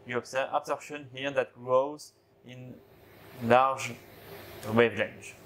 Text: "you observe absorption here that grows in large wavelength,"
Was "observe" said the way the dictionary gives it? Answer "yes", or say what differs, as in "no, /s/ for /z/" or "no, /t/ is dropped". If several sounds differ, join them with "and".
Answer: no, /v/ is dropped